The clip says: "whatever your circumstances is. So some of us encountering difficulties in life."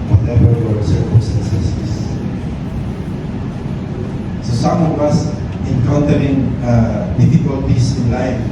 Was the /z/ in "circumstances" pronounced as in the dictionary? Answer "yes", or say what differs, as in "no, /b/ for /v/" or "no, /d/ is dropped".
no, /s/ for /z/